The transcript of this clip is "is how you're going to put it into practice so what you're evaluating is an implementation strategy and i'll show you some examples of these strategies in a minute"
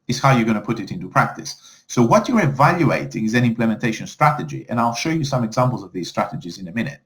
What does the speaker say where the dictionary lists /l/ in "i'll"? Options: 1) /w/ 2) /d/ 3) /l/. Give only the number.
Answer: 3